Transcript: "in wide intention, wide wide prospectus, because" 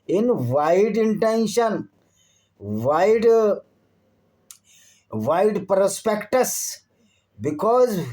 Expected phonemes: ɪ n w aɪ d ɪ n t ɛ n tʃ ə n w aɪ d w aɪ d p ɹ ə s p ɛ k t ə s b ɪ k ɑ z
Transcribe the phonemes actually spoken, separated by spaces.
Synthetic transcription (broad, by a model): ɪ n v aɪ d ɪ n t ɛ n ʃ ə n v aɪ d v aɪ d p ɹ ə s p ɛ k t ə s b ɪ k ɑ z